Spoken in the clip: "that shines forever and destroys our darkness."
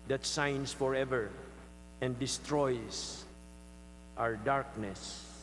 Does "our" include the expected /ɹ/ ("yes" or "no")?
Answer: yes